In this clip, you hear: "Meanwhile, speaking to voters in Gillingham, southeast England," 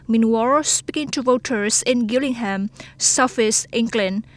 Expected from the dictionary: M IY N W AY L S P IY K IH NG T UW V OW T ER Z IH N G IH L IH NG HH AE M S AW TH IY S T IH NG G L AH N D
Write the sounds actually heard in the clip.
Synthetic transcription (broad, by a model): M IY N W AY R S P IY K IH NG T UW V OW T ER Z IH N G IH L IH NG HH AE M S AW F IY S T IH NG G L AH N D